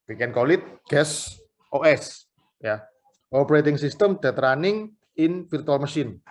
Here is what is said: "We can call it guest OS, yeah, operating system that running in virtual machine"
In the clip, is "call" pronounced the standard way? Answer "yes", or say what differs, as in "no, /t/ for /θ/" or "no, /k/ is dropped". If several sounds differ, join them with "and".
yes